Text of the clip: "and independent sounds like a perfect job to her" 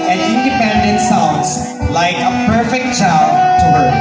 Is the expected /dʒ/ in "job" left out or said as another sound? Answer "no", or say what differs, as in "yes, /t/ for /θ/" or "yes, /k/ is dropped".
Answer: yes, /tʃ/ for /dʒ/